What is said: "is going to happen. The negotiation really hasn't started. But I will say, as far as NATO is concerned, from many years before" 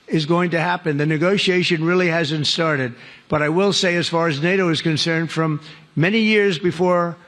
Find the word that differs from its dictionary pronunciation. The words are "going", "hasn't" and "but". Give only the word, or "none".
none